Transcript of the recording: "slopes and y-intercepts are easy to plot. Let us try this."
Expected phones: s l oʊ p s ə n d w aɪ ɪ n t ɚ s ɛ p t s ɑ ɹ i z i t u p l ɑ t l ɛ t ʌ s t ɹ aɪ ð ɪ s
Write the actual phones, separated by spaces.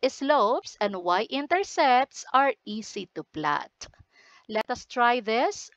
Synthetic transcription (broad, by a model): s l oʊ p s ə n d w aɪ ɪ n t ɚ s ɛ p t s ɑ ɹ i s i t u p l ɑ t l ɛ t ʌ s t ɹ aɪ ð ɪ s